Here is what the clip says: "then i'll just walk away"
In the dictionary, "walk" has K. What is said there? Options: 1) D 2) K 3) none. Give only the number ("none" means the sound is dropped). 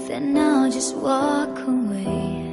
2